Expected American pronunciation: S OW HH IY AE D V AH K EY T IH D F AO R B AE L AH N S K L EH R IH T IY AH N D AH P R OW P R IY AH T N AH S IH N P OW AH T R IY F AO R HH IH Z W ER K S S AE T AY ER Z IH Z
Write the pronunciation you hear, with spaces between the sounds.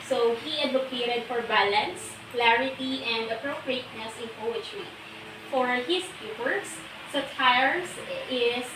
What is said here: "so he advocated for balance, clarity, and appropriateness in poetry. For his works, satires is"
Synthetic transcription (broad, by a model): S OW HH IY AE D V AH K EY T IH D F AO R B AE L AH N S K L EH R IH T IY AH N D AH P R OW P R IY AH T N AH S IH N P OW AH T R IY F AO R HH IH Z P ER S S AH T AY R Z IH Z